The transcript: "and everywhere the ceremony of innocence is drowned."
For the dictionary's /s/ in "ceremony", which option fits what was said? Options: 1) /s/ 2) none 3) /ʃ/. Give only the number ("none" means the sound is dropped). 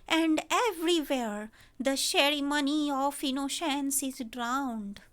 3